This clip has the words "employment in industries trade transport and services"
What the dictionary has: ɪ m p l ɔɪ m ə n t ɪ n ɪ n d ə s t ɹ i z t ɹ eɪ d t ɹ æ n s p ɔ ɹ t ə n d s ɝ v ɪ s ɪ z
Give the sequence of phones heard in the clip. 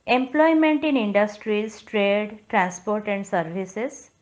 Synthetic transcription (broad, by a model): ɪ m p l ɔɪ m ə n t ɪ n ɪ n d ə s t ɹ i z t ɹ eɪ d t ɹ æ n s p ɔ ɹ t ə n d s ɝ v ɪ s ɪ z